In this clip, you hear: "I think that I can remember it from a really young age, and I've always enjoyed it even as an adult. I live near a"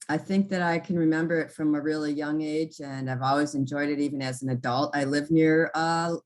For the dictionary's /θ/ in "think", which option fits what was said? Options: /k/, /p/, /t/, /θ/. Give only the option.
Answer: /θ/